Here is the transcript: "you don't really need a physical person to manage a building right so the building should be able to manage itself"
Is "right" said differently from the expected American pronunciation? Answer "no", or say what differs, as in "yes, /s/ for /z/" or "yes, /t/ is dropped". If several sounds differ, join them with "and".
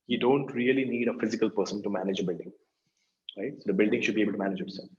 no